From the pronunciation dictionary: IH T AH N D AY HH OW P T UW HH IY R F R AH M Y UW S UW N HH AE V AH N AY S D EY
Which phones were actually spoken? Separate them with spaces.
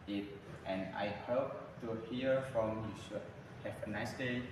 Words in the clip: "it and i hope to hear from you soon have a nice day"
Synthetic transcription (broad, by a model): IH T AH N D AY HH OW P T UW HH IY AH F R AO M Y UW SH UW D HH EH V AH N AY S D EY